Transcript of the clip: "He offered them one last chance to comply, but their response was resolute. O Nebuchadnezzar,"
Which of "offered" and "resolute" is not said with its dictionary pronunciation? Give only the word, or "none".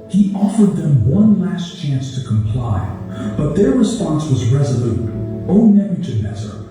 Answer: none